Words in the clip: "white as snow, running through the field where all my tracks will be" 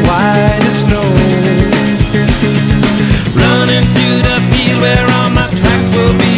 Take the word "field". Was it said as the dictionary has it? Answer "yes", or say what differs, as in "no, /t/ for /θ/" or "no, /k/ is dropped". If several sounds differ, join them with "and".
no, /p/ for /f/